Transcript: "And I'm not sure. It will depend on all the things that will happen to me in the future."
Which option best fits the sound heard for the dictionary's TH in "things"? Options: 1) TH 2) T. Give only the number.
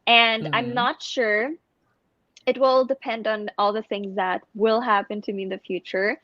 1